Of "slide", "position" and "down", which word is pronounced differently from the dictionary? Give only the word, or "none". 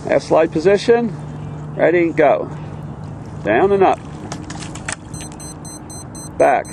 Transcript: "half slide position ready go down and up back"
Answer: none